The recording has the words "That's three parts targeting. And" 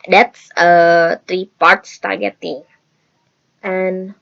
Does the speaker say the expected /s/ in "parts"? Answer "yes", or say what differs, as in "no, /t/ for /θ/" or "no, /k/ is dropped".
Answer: yes